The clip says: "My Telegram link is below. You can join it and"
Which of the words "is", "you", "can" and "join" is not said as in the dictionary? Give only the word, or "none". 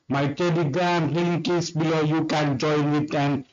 is